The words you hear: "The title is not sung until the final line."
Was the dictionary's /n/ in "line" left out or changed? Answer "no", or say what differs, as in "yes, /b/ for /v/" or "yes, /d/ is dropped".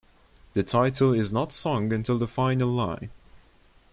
yes, /n/ is dropped